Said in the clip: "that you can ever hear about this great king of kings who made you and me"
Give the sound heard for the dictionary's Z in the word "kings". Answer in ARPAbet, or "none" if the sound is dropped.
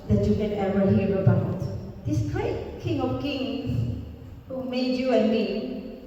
S